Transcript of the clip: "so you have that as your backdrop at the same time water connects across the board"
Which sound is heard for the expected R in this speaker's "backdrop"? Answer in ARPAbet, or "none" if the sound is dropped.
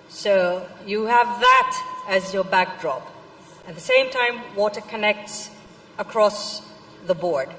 R